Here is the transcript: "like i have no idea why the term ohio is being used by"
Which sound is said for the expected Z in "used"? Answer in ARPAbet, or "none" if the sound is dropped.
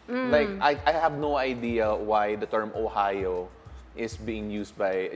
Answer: S